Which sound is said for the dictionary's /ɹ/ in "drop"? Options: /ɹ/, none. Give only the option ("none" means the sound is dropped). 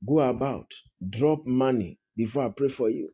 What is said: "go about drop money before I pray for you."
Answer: /ɹ/